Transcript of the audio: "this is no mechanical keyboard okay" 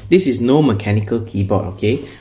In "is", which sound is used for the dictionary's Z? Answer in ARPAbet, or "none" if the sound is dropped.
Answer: S